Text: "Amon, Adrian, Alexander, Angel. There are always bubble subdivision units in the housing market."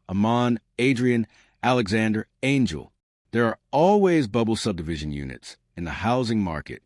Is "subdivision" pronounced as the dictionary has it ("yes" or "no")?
yes